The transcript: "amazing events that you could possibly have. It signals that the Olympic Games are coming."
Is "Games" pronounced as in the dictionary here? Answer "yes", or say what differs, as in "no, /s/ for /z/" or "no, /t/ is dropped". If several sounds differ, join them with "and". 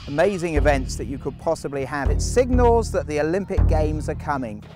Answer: yes